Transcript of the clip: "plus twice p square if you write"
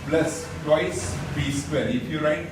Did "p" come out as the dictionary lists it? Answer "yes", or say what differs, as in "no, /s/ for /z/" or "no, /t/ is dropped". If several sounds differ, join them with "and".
no, /b/ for /p/